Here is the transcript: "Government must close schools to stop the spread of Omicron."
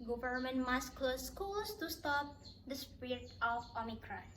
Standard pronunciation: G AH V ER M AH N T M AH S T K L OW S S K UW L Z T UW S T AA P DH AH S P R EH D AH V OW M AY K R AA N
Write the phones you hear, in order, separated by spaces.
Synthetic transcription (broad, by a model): G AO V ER M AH N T M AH S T K L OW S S K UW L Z T UW S T AA P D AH S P IH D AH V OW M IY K R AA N